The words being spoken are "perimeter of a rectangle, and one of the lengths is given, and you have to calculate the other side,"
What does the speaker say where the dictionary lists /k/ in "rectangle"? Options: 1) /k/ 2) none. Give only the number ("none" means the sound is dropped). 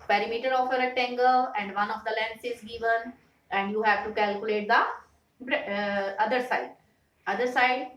2